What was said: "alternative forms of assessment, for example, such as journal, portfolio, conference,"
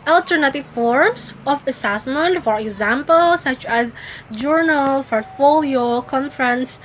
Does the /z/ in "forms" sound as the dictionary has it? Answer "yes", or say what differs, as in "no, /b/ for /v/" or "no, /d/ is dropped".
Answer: no, /s/ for /z/